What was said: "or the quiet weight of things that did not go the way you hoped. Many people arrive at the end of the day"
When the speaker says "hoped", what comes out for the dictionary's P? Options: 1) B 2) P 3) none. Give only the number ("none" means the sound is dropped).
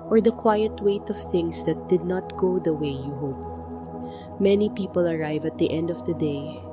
2